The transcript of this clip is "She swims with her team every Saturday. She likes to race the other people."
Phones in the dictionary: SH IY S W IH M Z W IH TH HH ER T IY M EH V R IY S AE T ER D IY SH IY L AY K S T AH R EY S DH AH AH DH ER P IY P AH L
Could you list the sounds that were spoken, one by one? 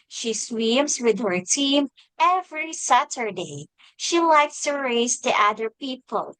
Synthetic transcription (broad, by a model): SH IY S W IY M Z W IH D HH ER T IY M EH V R IY S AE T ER D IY SH IY L AY K S T AH R EY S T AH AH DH ER P IY P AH L